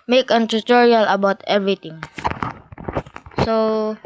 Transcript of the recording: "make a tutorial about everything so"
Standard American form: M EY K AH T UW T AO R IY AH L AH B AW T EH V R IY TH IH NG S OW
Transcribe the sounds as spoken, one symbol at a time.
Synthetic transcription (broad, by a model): M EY K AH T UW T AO R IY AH L AH B AW T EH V R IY T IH NG S OW